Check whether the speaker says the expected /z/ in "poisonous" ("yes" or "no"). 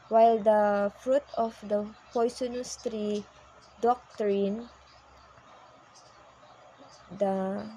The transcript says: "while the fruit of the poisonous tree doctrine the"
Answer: no